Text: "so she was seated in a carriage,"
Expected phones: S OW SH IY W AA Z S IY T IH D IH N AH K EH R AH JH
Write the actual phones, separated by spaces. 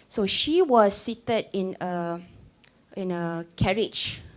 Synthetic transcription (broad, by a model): S OW SH IY W AA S IY T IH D IH N AH K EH R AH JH